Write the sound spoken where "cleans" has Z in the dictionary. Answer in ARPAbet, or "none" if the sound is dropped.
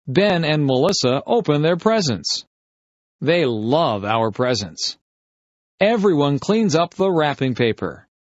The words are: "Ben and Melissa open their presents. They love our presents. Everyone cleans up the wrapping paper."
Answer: Z